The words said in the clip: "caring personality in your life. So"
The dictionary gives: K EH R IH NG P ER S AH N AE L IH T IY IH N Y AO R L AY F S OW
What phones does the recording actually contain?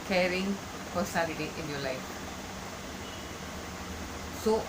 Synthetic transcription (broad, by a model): K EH R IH NG F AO S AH L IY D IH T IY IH N Y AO L AY F S OW